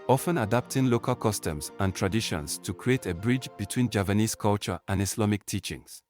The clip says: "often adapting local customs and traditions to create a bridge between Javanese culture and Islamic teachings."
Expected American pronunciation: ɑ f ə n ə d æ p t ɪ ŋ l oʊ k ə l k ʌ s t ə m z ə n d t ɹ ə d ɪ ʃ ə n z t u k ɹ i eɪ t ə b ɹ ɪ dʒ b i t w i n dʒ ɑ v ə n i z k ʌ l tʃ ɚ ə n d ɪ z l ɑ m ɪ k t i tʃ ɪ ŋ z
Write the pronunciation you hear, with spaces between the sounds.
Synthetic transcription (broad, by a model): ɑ f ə n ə d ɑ p t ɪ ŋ l oʊ k ə l k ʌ s t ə m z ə n t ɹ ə d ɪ ʃ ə n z t u k ɹ i eɪ t ə b ɹ ɪ dʒ b i t w i n dʒ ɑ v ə n i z k ʌ l tʃ ɚ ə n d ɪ s l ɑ m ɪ k t i tʃ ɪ ŋ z